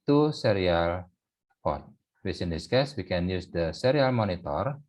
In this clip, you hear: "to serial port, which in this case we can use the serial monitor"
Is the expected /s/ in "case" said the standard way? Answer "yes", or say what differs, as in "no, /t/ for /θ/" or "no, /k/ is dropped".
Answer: yes